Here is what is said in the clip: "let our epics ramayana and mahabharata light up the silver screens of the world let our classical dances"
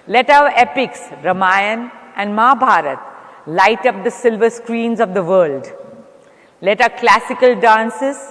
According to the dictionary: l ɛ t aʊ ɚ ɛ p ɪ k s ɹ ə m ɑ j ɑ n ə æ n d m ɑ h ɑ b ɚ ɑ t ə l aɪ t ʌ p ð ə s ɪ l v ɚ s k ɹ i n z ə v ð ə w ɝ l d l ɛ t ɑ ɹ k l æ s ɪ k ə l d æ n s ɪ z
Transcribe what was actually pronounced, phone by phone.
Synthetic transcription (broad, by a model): l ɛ t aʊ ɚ ɛ p ɪ k s ɹ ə m ɑ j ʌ n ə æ n d m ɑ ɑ b ɑ t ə l aɪ t ʌ p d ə s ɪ l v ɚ s k ɹ i n z ə v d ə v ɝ l d l ɛ t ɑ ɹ k l æ s ɪ k ə l d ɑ n s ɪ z